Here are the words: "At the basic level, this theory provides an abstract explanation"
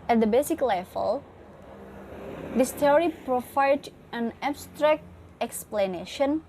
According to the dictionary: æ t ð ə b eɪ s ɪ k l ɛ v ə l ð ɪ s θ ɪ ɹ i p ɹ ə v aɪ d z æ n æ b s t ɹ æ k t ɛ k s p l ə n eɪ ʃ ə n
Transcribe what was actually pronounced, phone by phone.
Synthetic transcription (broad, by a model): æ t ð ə b eɪ s ɪ k l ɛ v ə l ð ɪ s t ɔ ɹ i p ɹ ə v aɪ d æ n æ b s t ɹ æ k t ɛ k s p l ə n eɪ ʃ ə n